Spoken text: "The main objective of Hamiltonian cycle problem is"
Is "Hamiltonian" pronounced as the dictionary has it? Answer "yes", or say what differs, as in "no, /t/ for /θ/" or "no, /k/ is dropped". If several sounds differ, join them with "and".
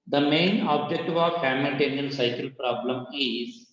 no, /l/ is dropped